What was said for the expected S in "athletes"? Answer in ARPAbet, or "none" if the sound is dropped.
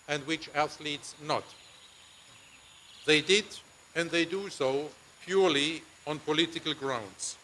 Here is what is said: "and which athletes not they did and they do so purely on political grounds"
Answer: S